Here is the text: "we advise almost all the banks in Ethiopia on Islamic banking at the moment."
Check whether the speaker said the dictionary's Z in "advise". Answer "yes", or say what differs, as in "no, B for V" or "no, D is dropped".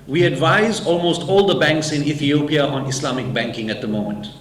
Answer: yes